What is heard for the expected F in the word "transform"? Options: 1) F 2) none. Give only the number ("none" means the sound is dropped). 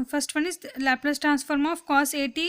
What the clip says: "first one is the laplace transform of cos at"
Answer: 1